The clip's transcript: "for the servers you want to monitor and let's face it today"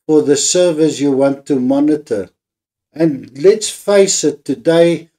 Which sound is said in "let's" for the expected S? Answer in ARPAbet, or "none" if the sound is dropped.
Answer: S